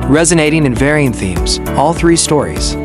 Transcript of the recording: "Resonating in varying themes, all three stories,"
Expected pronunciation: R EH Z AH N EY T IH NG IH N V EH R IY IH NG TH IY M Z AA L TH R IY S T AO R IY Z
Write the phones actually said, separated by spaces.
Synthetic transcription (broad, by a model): R EH Z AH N EY T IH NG IH N V EH R IY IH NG TH IY M Z AA L TH R IY S T AO R IY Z